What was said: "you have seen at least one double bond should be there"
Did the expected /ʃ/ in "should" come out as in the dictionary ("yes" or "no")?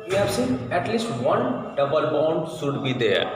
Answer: no